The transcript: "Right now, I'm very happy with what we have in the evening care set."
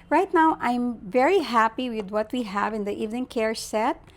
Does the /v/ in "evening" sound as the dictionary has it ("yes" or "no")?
yes